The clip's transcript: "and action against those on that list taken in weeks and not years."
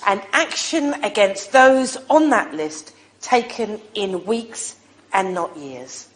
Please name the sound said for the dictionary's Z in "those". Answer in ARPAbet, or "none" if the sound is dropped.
Z